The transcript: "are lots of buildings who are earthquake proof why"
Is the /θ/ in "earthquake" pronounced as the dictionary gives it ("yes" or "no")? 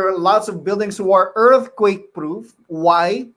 yes